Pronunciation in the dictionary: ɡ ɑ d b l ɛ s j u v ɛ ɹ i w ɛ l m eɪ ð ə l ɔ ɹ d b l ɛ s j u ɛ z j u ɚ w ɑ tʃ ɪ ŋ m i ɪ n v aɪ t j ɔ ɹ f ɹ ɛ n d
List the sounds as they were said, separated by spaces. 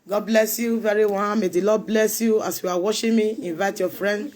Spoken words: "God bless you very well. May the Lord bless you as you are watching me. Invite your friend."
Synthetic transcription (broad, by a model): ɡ ɑ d b l ɛ s j u v ɛ ɹ i w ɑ n m eɪ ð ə l ɔ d b l ɛ s j u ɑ s j u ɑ w ɑ ʃ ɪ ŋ m i ɪ n v aɪ t j ɔ f ɹ ɛ n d